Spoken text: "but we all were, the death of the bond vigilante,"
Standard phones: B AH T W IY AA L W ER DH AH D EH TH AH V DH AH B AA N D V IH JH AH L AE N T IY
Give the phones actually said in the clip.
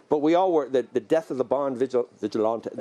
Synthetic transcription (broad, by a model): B AH T W IY AA L W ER DH AH D EH TH AH V DH AH B AA N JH V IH JH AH L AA N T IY